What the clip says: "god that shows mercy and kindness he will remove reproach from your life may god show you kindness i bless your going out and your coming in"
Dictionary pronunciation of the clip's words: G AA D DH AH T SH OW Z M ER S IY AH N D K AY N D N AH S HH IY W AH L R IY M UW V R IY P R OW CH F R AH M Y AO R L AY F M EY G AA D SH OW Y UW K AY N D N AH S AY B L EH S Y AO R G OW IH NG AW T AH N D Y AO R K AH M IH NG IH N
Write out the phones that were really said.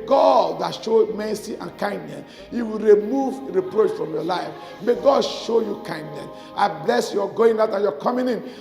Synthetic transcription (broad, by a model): G AA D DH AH T SH OW M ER S IY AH N K AY N D N AH S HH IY W AH L R IY M UW V R IY P R OW CH F R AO M Y AO L AY F M EY G AA D SH OW Y UW K AY N D N AH S AY B L EH S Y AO G OW IH NG AW T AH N Y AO K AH M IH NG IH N